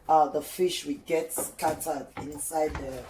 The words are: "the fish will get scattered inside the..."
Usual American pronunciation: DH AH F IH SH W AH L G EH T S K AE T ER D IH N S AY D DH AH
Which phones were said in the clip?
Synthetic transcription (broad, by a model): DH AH F IH SH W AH G EH T S K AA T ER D IH N S AY D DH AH